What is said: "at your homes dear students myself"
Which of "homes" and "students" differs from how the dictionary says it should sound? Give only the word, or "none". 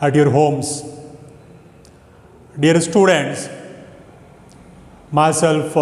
homes